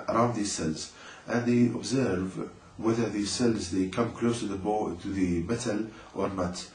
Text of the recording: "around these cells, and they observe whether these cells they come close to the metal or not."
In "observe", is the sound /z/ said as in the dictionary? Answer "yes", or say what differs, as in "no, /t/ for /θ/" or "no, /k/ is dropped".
yes